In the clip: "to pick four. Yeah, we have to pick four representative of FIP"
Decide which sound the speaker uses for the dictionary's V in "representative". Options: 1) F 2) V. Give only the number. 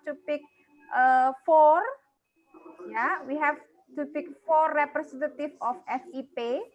1